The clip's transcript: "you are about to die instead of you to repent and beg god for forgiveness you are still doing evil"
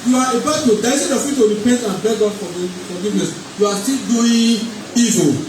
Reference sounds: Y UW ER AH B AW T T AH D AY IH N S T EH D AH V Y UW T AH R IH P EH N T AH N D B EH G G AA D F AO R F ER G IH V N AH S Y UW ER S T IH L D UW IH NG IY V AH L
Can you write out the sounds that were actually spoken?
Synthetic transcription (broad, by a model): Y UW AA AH B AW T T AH D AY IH S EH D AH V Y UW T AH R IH P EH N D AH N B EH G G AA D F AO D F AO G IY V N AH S Y UW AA S T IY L D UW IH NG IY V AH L